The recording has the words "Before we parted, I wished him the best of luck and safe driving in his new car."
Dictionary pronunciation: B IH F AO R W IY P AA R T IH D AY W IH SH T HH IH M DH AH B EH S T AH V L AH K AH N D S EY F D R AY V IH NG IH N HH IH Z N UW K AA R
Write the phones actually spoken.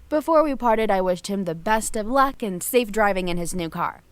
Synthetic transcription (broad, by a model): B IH F AO R W IY P AA R T IH D AY W IH SH T HH IH M DH AH B EH S T AH V L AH K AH N S EY F D R AY V IH NG IH N IH Z N UW K AA R